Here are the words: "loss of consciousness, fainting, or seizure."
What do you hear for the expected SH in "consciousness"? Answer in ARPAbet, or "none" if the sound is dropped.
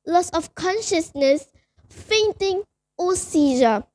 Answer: SH